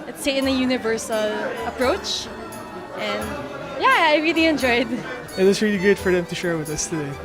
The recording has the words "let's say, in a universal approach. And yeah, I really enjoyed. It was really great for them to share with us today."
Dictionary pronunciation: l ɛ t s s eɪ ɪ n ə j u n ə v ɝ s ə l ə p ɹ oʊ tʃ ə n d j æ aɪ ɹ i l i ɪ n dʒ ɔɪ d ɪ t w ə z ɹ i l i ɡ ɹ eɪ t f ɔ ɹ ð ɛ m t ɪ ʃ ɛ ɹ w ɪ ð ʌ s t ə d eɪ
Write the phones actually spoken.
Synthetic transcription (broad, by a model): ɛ t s s eɪ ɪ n ə j u n ə v ɝ s ə l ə p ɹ oʊ tʃ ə n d j æ aɪ ɹ i l i ɪ n dʒ ɔɪ d ɪ t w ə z ɹ i l i ɡ ʊ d f ɔ ɹ ð ɛ m t ɪ ʃ ɛ ɹ w ɪ ð ʌ s t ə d eɪ